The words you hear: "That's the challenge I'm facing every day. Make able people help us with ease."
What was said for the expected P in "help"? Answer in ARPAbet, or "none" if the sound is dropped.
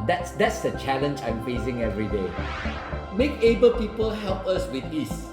P